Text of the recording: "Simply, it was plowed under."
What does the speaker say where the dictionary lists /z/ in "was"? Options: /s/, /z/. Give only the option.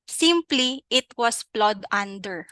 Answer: /s/